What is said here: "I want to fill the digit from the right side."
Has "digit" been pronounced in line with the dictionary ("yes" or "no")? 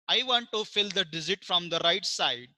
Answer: no